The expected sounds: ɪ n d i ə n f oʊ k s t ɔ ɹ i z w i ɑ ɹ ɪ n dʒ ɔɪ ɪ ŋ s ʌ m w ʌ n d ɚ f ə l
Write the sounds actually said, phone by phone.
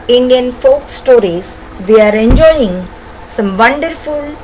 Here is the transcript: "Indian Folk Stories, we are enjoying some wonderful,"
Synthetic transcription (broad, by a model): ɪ n d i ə n f oʊ k s t ɔ ɹ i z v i ɑ ɹ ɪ n dʒ ɔɪ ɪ ŋ s ʌ m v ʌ n d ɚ f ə l